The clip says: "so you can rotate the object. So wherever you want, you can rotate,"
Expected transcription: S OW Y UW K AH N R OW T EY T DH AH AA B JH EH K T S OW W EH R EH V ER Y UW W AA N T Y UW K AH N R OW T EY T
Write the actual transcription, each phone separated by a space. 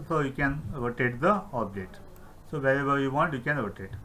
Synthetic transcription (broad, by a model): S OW Y UW K AH N R OW T EY T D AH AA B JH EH T S OW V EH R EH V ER Y UW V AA N T Y UW K AH N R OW T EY T